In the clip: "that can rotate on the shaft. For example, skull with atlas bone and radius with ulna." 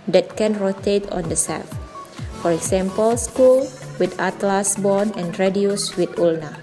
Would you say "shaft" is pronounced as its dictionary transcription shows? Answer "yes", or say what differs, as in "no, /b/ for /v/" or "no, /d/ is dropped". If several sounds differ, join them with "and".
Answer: no, /s/ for /ʃ/